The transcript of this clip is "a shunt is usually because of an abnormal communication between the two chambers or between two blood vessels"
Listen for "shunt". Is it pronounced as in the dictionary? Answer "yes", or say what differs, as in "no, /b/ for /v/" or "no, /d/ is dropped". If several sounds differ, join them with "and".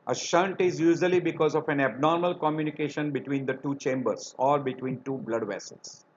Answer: yes